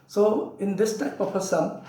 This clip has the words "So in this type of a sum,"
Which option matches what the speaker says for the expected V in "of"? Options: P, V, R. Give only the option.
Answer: P